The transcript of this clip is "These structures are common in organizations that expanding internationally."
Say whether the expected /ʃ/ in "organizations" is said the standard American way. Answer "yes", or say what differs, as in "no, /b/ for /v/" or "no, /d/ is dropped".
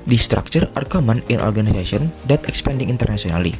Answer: no, /s/ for /ʃ/